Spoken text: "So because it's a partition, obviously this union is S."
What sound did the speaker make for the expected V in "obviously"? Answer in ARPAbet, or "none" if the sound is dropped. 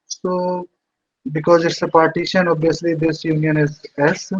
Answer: none